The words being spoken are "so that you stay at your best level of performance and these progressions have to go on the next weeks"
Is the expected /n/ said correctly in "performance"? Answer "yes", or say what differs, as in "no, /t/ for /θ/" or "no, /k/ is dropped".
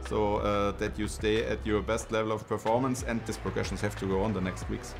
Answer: yes